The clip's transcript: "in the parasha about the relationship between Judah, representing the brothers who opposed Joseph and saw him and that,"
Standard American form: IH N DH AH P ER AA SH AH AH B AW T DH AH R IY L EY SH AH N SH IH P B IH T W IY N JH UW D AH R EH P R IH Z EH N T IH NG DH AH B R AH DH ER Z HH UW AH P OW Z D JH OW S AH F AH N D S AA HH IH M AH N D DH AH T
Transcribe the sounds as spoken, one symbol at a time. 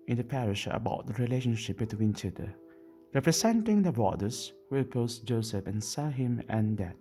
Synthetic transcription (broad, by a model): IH N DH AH P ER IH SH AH AH B AW T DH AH R IY L EY SH AH N SH IH P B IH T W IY N CH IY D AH R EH P R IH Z EH N T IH NG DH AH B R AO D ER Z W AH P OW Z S JH OW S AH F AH N S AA HH IH M AH N D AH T